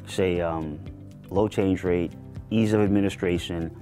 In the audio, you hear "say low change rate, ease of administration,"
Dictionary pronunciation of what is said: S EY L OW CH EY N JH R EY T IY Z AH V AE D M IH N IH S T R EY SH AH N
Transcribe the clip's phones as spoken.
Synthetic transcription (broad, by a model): S EY L OW CH EY N JH R EY T IY Z AH V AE D M IH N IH S T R EY SH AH N